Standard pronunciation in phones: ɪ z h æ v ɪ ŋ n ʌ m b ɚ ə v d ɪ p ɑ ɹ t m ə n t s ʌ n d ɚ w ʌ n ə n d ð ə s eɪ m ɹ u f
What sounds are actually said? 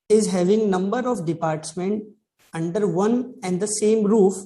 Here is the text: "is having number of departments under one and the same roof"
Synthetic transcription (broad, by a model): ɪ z h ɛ v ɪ ŋ n ʌ m b ɚ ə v d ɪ p ɑ ɹ t m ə n t ʌ n d ɚ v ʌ n ə n d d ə s eɪ m ɹ u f